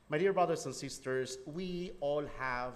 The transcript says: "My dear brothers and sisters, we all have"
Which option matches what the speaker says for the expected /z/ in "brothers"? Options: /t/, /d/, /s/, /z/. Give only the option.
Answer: /s/